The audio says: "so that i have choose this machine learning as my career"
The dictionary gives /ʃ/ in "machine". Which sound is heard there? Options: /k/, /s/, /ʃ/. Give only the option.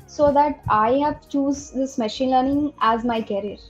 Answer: /ʃ/